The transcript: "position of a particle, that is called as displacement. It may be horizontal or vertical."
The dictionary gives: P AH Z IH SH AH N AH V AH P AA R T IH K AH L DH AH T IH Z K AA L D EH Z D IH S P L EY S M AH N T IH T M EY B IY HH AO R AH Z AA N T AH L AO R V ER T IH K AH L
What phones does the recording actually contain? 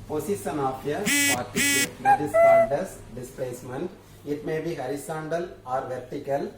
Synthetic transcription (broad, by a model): P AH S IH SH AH N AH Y AH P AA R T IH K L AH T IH S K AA D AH S D IH S P L EY S M AH N T IH T M EY B IY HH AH R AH S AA N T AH L AO R V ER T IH K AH L